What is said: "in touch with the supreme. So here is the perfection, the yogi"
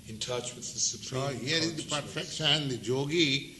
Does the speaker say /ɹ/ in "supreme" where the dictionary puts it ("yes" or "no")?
no